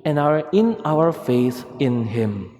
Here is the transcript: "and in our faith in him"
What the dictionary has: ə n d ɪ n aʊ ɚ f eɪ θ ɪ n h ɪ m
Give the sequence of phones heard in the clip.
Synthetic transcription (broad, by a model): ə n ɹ ɪ n aʊ ɚ f eɪ s ɪ n h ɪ m